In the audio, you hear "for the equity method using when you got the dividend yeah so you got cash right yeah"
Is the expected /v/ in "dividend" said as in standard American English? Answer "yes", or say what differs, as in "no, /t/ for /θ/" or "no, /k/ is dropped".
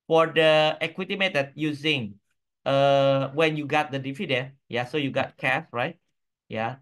no, /f/ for /v/